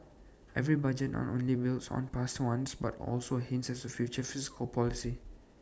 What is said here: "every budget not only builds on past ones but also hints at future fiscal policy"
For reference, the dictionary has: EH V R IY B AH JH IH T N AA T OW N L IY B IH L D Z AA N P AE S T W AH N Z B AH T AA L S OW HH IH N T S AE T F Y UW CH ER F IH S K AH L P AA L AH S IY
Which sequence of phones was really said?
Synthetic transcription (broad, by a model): EH V R IY B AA JH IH T N AA T OW N L IY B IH L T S AA N P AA S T W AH N S B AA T AA L S OW HH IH N S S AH F Y UW CH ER F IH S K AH L P AA L AH S IY